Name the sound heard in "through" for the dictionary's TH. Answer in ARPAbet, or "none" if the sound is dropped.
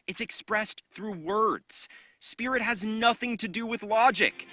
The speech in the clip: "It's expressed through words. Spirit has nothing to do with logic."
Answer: TH